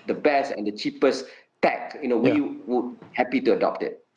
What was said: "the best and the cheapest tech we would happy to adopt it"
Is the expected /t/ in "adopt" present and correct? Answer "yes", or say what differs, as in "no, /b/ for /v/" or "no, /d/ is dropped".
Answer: yes